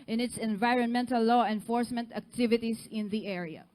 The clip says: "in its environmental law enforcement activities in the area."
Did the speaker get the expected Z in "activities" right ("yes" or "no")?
no